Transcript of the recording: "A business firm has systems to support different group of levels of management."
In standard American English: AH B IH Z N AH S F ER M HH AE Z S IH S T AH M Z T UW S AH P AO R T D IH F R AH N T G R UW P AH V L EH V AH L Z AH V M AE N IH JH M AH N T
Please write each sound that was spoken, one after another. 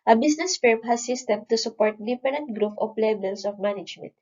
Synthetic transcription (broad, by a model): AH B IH S N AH S F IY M HH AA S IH S T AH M T UW S AH P AO R T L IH P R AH N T G R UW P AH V L EH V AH L S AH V M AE N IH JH M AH N T